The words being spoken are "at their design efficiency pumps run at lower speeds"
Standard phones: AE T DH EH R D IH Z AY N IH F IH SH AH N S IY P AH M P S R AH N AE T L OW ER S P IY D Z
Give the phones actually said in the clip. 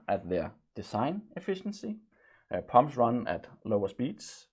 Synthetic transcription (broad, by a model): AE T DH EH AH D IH S AY N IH F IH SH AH N S IY P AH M S R AH N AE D L OW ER S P IY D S